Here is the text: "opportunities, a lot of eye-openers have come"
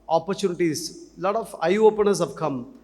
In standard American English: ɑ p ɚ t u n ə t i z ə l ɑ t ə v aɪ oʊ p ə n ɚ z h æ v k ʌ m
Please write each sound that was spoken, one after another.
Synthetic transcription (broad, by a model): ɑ p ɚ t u n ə t i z l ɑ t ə f aɪ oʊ p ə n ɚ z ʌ p k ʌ m